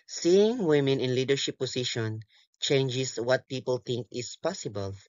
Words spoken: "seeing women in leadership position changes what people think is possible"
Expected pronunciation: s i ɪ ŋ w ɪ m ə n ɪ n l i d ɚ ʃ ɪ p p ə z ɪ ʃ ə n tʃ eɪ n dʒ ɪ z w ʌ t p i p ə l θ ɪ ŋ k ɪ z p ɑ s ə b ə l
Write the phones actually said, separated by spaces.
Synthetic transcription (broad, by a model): s i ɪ ŋ w ɪ m ə n ɪ n l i d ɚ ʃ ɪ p p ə s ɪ ʃ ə n tʃ eɪ n dʒ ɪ s w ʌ t p i p ə l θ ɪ ŋ k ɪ s p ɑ s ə b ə l